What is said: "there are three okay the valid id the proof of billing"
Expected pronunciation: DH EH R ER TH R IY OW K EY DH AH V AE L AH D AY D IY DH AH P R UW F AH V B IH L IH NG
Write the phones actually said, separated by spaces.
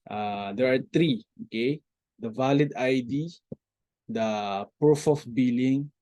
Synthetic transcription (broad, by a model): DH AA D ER T R IY OW K EY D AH V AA L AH D AY D IY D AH P R UW F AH F B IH L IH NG